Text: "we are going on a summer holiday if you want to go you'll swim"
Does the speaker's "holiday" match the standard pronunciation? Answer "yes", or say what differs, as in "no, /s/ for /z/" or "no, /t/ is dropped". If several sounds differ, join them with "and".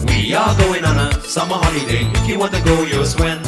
no, /n/ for /l/